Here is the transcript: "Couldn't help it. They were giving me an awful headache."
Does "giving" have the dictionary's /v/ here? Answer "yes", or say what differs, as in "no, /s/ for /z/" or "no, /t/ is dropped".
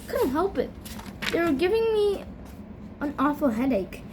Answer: yes